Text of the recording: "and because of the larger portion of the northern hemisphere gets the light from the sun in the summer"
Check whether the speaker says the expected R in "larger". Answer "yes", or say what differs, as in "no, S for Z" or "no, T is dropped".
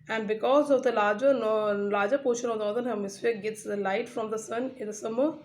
no, L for R